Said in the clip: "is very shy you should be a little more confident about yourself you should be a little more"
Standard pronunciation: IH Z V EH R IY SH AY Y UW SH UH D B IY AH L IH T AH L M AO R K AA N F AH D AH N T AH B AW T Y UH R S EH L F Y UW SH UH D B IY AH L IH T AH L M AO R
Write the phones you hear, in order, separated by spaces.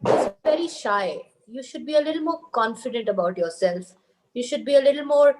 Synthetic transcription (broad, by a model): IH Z V EH R IY SH AY Y UW SH UH D B IY AH L IH T L M AO R K AA N F AH D AH N T AH B AW T Y UH R S EH L F Y UW SH UH D B IY AH L IH T L M AO R